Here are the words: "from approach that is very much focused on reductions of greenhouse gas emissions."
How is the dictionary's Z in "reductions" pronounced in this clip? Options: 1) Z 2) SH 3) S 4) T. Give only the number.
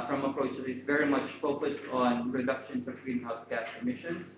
3